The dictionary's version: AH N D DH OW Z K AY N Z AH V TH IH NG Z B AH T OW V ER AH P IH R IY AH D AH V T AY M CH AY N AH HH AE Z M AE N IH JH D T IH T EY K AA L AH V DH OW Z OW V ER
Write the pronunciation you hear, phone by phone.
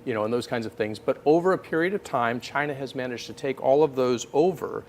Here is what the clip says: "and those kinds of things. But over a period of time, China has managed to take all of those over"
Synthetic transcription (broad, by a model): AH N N DH OW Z K AY N Z AH V TH IH NG Z B AH T OW V ER AH P IH R IY AH D AH V T AY M CH AY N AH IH Z M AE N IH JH T IH T EY K AA L AH V DH OW Z OW V ER